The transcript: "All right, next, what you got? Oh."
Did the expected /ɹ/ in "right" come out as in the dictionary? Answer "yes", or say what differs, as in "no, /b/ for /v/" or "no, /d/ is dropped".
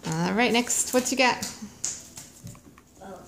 yes